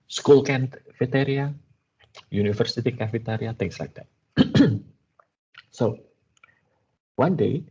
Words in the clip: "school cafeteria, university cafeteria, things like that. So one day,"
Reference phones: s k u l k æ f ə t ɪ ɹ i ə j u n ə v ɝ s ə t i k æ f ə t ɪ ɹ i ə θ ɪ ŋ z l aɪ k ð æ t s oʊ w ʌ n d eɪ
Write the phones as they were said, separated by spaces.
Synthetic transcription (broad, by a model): s k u l k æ f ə t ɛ ɹ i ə j u n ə f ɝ s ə t i k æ f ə t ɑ ɹ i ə t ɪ ŋ s l aɪ k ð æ t s oʊ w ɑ n d eɪ